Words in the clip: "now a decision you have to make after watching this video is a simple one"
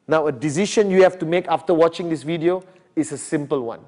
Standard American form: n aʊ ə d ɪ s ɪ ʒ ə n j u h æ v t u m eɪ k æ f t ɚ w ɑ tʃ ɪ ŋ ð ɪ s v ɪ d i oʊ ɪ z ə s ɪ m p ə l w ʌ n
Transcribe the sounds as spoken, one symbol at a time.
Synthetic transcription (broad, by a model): n aʊ ə d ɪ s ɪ ʃ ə n j u h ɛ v t u m eɪ k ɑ f t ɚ w ɑ tʃ ɪ ŋ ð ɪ s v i d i oʊ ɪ s ə s ɪ m p ə l w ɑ n